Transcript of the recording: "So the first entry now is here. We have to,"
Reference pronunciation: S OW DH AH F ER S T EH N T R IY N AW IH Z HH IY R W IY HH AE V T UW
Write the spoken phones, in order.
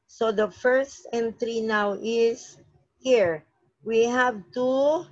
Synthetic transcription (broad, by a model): S OW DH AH F ER S T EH N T R IY N AW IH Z HH IY R W IY HH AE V T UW